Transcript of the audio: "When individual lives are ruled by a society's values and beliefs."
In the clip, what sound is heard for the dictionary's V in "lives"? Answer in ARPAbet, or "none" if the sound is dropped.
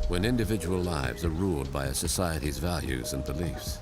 V